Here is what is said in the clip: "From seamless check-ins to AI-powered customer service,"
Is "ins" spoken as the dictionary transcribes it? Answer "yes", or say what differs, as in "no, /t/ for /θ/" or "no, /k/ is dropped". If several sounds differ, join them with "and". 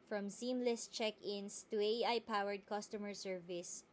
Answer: no, /s/ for /z/